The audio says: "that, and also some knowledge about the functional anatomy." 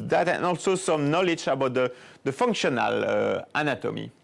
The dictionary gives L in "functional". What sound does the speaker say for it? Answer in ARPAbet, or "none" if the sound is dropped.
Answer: L